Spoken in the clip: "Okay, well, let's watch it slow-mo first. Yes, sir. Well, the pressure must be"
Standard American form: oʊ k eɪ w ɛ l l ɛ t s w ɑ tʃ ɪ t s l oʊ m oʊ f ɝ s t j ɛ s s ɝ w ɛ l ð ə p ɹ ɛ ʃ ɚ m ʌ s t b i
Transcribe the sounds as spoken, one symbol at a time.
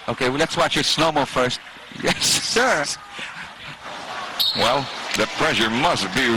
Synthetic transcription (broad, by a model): oʊ k eɪ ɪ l l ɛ t s w ɑ tʃ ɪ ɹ s n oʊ m oʊ f ɝ s t j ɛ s s ɝ w ɛ l ð ə p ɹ ɛ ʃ ɚ m ʌ s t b i